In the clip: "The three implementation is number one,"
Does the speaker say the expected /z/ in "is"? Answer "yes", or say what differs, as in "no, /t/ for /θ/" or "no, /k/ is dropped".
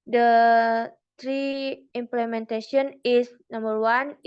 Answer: no, /s/ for /z/